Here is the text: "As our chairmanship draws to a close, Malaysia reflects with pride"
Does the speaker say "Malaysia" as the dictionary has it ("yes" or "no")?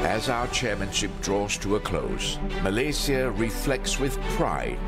no